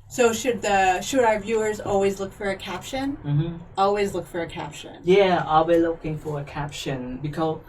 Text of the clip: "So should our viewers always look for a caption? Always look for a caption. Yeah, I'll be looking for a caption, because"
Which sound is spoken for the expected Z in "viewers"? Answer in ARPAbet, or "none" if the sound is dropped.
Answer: Z